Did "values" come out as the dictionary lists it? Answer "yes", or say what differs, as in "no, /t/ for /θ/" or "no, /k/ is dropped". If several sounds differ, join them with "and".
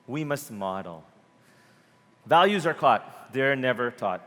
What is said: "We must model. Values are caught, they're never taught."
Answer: yes